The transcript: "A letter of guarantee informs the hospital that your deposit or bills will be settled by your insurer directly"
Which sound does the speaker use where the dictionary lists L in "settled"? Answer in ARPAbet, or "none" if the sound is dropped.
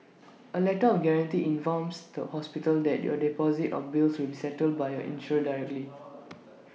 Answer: L